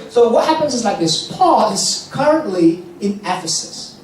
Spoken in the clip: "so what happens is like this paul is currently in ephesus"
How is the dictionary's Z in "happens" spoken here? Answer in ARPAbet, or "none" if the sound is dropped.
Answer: Z